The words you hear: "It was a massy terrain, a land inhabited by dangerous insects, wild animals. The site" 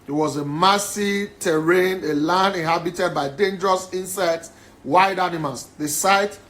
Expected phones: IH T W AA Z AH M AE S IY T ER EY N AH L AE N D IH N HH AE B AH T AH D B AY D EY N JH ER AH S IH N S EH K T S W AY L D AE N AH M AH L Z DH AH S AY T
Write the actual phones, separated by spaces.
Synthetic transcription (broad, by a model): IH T W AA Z AH M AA S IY T ER EY N AH L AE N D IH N HH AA B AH T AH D B AY D EY N JH ER AH S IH N S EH T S W AY D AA N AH M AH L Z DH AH S AY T